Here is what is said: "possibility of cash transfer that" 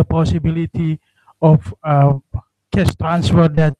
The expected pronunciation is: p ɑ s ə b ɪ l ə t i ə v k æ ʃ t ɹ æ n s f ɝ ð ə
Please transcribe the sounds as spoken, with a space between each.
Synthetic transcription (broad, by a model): p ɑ s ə b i l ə t i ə f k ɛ s t ɹ æ n s f ɝ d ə